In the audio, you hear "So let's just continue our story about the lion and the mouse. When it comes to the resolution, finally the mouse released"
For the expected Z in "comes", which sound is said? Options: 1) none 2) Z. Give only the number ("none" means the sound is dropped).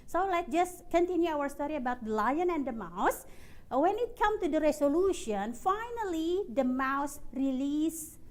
1